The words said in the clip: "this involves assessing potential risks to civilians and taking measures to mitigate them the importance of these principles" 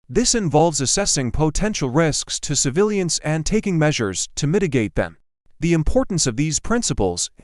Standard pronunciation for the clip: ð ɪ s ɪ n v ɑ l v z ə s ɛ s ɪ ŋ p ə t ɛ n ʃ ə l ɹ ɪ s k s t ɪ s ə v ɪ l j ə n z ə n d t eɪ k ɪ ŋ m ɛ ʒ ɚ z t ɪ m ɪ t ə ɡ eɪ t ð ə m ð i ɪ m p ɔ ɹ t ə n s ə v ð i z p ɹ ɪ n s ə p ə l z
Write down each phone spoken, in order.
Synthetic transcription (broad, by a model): ð ɪ s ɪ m v ɑ l v z ə s ɛ s ɪ ŋ p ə t ɛ n ʃ l ɹ ɪ s k s t ɪ s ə v ɪ l j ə n s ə n t eɪ k ɪ ŋ m ɛ ʒ ɚ z t ɪ m ɪ t ə ɡ eɪ t ð ə m ð i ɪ m p ɔ ɹ t n s ə v ð i z p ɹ ɪ n s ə p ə l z